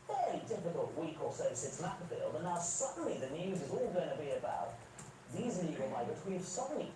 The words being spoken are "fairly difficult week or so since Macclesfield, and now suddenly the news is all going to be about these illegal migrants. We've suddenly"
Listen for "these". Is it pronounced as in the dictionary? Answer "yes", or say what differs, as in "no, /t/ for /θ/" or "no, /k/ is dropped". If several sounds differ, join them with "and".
yes